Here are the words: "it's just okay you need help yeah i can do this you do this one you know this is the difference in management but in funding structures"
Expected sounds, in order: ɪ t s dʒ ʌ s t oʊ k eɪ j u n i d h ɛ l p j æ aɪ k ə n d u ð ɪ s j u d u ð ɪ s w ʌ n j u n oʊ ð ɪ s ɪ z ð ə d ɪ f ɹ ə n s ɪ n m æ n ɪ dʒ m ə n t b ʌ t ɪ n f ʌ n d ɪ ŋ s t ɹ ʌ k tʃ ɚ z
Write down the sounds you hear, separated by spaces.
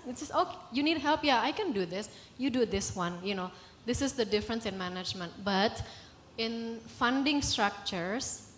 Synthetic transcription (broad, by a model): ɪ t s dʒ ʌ s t oʊ k eɪ j u n i d h ɛ l p j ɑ aɪ k ə n d u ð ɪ s j u d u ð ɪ s w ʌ n j u n oʊ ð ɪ s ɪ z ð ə d ɪ f ɹ ə n s ɪ n m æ n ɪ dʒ m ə n t b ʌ t ɪ n f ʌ n d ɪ ŋ s t ɹ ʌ k tʃ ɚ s